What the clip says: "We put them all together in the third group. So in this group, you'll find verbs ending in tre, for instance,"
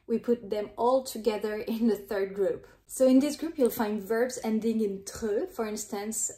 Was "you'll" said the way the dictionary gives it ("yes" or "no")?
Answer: yes